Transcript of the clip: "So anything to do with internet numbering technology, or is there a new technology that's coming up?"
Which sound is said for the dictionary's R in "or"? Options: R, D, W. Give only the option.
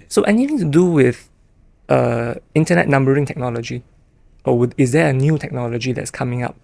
W